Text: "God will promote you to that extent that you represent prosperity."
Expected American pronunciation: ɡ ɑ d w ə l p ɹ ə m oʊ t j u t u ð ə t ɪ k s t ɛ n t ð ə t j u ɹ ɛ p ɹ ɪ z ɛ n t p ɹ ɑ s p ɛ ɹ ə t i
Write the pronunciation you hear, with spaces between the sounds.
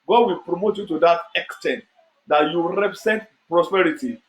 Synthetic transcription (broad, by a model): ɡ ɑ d w ə l p ɹ ə m oʊ t j u t u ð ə t ɪ k s t ɛ n t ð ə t j u ɹ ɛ p ɹ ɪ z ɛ n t p ɹ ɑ s p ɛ ɹ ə t i